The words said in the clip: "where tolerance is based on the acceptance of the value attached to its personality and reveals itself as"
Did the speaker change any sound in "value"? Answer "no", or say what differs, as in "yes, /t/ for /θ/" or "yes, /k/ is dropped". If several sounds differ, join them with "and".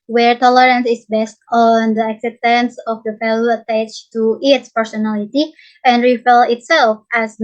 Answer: yes, /f/ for /v/